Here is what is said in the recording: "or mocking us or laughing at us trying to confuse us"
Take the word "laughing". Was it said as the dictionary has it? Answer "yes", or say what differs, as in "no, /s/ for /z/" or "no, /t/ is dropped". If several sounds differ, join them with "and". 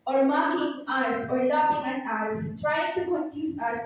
no, /p/ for /f/